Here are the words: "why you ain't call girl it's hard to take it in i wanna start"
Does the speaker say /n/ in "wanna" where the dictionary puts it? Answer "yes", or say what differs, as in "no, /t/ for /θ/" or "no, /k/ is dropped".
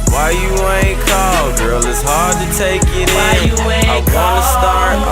no, /n/ is dropped